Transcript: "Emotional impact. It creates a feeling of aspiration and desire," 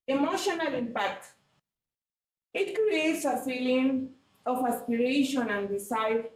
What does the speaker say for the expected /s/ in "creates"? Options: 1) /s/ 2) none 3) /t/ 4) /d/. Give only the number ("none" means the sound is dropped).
1